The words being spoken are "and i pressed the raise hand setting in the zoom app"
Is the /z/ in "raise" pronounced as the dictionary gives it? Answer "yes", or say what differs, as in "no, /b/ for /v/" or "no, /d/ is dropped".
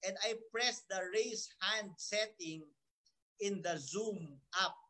no, /s/ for /z/